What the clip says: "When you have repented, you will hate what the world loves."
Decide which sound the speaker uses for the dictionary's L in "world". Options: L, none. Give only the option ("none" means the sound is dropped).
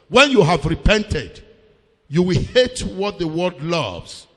none